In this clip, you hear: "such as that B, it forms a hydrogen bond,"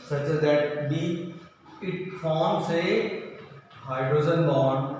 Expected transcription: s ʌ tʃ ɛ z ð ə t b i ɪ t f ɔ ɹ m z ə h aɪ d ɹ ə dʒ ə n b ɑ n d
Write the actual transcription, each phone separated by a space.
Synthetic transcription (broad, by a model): s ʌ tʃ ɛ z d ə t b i ɪ t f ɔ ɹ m s ə h aɪ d ɹ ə z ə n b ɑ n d